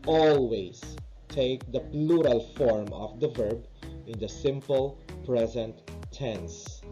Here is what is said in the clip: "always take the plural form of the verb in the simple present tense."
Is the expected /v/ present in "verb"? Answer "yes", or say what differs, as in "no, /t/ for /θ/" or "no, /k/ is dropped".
yes